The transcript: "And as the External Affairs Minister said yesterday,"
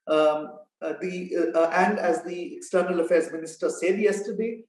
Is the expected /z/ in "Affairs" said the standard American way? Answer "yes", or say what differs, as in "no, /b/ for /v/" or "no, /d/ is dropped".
yes